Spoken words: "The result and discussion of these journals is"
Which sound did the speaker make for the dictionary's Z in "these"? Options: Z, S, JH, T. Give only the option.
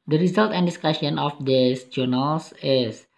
S